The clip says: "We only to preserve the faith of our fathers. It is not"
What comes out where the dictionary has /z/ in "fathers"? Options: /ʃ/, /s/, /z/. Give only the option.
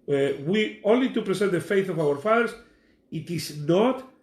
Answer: /s/